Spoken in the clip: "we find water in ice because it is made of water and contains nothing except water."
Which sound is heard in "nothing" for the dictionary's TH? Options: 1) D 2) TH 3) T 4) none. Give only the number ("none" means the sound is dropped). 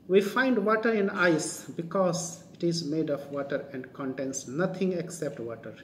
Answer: 3